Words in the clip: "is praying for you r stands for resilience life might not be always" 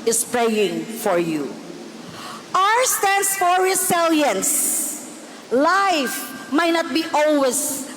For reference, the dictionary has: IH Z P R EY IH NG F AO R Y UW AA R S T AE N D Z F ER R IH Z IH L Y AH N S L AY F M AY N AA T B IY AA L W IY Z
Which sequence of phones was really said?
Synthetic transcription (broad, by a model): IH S P R EY IH NG F AO R Y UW AA R S T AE N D S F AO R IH S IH L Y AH N S L AY F M AY N AA T B IY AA L W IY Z